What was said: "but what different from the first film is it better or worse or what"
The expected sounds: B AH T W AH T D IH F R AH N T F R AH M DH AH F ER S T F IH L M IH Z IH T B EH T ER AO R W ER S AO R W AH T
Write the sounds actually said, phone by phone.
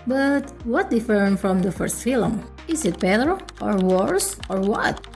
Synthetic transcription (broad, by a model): B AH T W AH T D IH F AH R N F R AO M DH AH F ER S T F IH L M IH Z IH T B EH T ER AO R W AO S AO R W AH T